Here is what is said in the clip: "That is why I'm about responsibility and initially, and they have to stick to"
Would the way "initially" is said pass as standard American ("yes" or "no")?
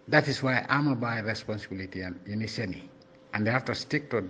no